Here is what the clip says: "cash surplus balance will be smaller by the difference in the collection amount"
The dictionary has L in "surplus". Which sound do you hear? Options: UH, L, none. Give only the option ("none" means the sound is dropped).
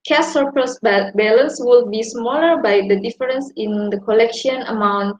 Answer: none